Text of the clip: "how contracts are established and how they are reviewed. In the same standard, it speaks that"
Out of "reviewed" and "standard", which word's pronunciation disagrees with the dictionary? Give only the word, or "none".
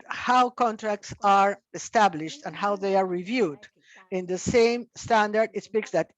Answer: none